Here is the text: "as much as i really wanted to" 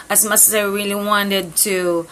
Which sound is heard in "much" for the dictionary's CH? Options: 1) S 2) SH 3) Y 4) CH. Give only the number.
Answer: 1